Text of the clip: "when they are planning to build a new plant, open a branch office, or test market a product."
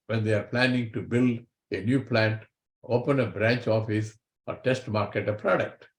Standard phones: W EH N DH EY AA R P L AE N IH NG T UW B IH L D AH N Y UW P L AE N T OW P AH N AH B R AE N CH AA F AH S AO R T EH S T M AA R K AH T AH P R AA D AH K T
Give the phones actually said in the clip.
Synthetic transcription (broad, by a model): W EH N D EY AA R P L AE N IH NG T UW B IH L D AH N Y UW P L AE N T OW P AH N AH B R AE N CH AA F AH S AO R T EH S T M AA R K AH T AH P R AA D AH K T